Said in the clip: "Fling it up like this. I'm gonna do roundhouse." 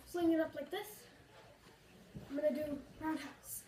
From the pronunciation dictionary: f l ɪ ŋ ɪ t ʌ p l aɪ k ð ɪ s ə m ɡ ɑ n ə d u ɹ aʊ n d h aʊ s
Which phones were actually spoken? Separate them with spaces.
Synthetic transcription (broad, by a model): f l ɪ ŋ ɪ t ʌ p l aɪ k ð ɪ s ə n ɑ ə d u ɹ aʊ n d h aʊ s